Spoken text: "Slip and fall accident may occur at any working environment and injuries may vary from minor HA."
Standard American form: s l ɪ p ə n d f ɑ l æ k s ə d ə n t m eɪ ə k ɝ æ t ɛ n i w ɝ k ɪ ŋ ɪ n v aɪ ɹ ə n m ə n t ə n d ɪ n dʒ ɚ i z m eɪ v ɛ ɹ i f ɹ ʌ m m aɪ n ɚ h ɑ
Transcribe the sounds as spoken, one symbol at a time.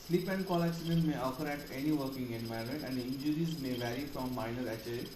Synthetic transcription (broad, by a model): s l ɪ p ə n d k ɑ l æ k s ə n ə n m eɪ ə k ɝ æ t ɛ n i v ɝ k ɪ ŋ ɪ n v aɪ ə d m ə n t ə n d ɪ n dʒ ɚ i z m eɪ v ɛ ɹ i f ɹ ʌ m m aɪ n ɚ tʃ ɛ